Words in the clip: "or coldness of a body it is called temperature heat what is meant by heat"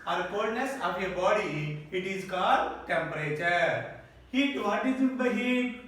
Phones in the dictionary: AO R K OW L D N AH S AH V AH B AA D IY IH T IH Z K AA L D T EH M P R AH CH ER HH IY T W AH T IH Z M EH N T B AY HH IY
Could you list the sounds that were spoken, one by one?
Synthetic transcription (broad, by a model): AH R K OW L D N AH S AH P AH B AA D IY IH T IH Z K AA D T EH M P R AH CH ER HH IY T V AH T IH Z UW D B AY HH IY